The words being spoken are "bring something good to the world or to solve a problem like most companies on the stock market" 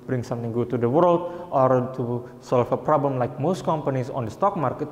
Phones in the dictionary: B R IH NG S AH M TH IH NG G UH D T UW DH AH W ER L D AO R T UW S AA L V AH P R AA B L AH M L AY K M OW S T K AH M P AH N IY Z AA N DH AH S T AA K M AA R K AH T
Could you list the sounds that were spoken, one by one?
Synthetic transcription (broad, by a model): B R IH NG S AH M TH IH NG G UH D T UW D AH W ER L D AO R T UW S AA L F AH P R AA B L AH M L AY K M OW S T K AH M P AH N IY S AA N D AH S T AA K M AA R K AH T